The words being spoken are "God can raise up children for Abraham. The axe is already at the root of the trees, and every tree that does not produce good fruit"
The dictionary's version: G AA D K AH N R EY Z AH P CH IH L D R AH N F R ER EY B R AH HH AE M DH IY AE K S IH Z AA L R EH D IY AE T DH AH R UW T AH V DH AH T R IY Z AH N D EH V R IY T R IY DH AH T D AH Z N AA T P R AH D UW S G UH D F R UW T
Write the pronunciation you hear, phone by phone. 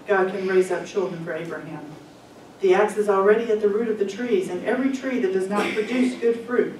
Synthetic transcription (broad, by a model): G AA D K AH N R EY Z AH P CH IH L D R AH N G R EY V R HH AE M DH IY AE K S IH Z L R EH D IY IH T DH AH R UW T AH V DH AH T R IY Z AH N EH V R IY T R IY DH AH T D AH Z N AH T P R AH D UW S G UH D F R UW T